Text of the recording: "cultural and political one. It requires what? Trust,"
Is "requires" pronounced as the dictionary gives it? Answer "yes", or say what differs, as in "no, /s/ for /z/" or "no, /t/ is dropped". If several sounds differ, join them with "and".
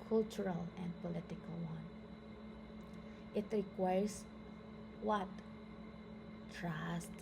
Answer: no, /s/ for /z/